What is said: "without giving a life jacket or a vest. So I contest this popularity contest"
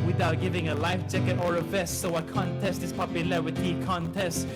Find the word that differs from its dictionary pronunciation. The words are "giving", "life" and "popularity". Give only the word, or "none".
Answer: popularity